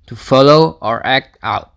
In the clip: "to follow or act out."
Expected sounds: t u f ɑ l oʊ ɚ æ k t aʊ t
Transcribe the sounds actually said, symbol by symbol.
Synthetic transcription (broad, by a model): t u f ɑ l oʊ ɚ æ k t aʊ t